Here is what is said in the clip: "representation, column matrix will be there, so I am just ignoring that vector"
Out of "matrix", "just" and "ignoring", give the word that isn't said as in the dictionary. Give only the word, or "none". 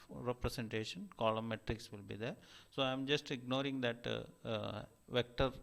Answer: none